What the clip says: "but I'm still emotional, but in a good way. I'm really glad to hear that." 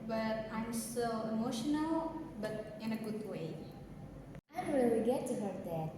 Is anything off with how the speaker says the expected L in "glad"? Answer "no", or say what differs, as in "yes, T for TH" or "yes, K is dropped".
yes, L is dropped